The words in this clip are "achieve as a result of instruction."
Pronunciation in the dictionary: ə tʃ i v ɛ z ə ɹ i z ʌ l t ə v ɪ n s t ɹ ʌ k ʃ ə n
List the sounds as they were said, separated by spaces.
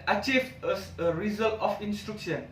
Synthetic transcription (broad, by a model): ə tʃ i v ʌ s ə ɹ i z ʌ l t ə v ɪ n s t ɹ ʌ k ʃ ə n